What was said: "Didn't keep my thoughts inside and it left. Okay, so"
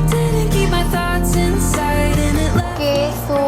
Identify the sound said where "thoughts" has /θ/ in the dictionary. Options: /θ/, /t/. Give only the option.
/θ/